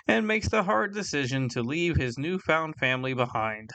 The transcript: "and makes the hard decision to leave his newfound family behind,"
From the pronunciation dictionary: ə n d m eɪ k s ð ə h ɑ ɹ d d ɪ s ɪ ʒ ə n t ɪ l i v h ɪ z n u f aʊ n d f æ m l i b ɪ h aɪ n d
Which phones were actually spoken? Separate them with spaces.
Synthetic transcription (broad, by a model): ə n m eɪ k s ð ə h ɑ ɹ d d ɪ s ɪ ʒ ə n t ɪ l i v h ɪ z n u f aʊ n d f æ m l i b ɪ h aɪ n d